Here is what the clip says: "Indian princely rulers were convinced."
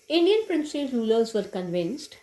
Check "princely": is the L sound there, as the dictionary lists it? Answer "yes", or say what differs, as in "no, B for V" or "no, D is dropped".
no, L is dropped